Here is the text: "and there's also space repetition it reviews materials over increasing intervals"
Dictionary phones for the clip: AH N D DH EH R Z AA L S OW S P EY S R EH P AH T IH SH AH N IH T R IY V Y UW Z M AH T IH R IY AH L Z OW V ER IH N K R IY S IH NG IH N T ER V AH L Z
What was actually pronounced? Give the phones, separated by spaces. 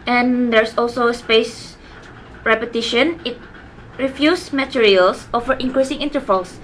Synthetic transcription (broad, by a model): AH N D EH R S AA L S OW S P EY S R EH P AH T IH SH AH N IH T R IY F Y UW S M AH T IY R IY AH L S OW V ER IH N K R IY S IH NG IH N T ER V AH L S